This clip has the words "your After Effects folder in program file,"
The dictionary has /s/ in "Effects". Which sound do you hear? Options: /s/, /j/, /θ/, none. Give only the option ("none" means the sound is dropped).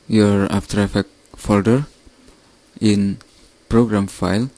none